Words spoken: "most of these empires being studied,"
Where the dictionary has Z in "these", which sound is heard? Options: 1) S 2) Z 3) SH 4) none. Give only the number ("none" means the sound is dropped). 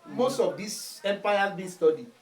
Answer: 1